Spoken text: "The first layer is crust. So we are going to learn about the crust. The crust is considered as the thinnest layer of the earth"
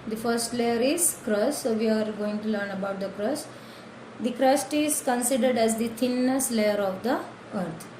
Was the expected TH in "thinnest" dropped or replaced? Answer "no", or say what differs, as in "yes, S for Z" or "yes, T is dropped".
yes, T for TH